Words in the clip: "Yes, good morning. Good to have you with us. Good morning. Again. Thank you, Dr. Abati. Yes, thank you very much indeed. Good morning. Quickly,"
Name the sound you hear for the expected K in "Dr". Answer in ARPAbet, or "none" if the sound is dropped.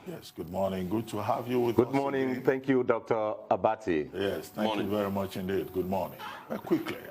K